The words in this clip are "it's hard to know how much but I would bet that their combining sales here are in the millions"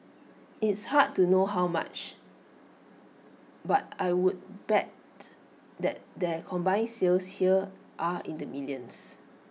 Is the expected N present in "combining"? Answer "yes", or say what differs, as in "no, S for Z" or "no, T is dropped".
no, N is dropped